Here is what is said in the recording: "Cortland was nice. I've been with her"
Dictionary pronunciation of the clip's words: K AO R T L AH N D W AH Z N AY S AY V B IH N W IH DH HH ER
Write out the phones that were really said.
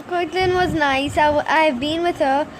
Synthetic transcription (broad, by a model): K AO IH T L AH N W AH Z N AY S AY V B IH N W IH DH HH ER